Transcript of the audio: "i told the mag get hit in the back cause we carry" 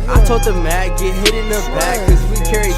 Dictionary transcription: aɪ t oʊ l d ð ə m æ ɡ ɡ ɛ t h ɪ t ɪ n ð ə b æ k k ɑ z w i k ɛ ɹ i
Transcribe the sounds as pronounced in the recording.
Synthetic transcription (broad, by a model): aɪ t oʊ d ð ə m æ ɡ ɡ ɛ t h ɪ t ɪ n ə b æ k k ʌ z w i k ɛ ɹ i